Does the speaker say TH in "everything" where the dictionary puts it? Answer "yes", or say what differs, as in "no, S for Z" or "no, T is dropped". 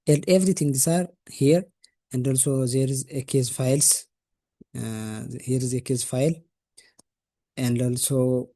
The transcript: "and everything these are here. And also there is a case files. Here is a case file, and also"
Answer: no, T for TH